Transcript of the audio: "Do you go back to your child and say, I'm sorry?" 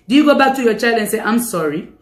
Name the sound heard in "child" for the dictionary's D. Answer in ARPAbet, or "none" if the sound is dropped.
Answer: none